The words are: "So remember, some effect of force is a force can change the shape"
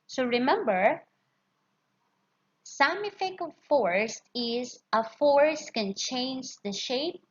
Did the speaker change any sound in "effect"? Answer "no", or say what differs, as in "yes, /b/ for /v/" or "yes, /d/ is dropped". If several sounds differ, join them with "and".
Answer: yes, /t/ is dropped